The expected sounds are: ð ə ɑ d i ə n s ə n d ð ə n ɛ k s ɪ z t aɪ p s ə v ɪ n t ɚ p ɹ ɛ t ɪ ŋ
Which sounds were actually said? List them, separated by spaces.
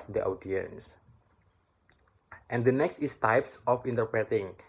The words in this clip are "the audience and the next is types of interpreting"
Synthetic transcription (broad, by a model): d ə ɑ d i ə n s ə n d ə n ɛ k s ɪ s t aɪ p s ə f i n t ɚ p ɹ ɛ t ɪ ŋ